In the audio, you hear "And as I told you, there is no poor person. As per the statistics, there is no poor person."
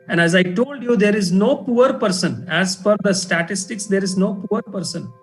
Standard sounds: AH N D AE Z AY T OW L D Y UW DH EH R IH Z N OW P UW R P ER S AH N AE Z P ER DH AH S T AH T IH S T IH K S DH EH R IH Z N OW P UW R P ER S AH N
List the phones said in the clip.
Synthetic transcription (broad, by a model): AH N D AE Z AY T OW L D Y UW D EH R IH Z N OW P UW R P ER S AH N AE Z F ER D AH S T AH T IH S T IH K S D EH R IH Z N OW P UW R P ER S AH N